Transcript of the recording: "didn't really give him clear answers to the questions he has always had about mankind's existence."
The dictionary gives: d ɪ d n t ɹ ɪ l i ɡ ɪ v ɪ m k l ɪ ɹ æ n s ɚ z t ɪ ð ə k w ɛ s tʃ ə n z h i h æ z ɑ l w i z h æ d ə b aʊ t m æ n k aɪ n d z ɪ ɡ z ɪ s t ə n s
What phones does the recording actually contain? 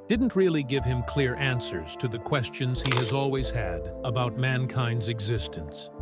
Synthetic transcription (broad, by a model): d ɪ d n t ɹ ɪ l i ɡ ɪ v ɪ m k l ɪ ɹ æ n s ɚ z t ɪ ð ə k w ɛ s tʃ ə n z h i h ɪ z ɑ l w i z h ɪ d ə b aʊ t m æ n k aɪ n d z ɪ ɡ z ɪ s t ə n s